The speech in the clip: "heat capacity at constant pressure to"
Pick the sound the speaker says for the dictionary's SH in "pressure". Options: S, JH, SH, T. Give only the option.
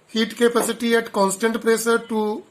S